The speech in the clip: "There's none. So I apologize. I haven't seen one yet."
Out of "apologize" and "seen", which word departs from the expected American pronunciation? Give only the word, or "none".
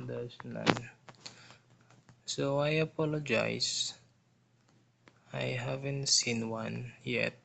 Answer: apologize